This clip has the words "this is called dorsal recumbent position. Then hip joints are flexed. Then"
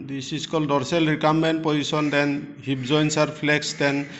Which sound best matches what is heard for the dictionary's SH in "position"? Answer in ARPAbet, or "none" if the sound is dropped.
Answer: S